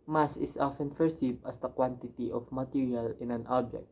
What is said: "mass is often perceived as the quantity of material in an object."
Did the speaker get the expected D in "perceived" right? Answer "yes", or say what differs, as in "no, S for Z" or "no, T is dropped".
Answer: no, D is dropped